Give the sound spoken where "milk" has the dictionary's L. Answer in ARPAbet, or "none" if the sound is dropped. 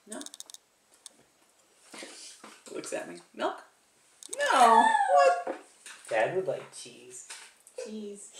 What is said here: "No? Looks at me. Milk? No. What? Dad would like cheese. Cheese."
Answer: none